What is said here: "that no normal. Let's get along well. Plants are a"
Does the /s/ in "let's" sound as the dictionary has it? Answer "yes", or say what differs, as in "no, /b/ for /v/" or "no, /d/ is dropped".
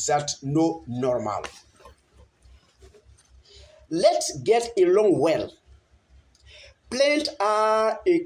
yes